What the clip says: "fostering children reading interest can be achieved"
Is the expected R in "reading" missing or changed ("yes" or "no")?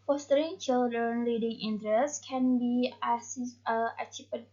yes